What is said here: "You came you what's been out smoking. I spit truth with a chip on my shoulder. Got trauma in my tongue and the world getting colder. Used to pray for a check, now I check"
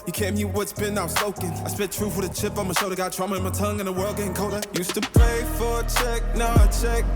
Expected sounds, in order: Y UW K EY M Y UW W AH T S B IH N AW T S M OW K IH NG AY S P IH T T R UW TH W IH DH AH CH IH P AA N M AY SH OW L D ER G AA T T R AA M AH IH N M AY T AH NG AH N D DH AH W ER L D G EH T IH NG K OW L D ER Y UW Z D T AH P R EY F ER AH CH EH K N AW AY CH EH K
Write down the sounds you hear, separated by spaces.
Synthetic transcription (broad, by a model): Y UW K EY M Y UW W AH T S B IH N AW S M OW K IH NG AY S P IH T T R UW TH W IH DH AH CH IH P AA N M AY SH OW D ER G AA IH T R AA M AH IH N M AY T AH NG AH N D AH W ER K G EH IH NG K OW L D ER Y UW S T AH P R EY F ER CH EH K N AW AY CH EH K